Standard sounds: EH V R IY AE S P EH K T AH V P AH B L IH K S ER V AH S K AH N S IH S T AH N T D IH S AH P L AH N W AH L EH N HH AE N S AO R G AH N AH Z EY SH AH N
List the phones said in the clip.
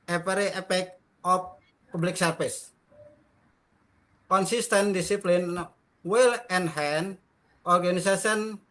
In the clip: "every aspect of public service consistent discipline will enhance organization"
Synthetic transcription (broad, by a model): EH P R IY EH P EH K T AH F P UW B L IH K S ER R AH S K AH N S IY S T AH N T D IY S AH P L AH N W AH L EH N HH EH N AO R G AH N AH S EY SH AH N